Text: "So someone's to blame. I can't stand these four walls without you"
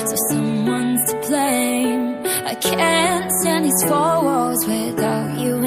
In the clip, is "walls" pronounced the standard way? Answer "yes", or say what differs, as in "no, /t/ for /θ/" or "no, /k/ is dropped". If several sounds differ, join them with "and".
no, /l/ is dropped